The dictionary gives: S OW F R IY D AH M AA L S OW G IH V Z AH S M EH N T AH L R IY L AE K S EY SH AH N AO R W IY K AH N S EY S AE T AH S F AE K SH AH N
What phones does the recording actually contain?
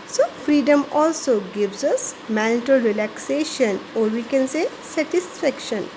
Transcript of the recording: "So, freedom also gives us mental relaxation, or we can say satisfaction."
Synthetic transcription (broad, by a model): S OW F R IY D AH M AA L S OW G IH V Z AH S M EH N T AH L R IY L AE K S EY SH AH N AO R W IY K AH N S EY S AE T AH S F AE K SH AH N